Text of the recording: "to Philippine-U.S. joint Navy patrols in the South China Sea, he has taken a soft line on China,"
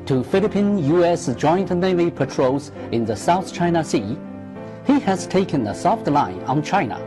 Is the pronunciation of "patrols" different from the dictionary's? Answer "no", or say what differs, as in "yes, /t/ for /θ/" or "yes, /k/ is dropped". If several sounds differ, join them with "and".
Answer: yes, /l/ is dropped